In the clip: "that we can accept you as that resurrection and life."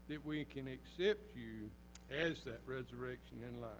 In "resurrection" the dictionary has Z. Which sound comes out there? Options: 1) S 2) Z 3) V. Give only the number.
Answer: 2